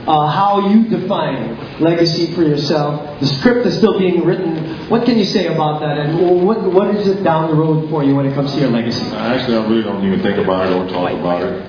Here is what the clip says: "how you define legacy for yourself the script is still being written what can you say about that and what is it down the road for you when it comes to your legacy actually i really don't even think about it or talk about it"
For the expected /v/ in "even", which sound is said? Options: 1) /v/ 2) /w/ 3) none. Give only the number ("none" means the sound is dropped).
3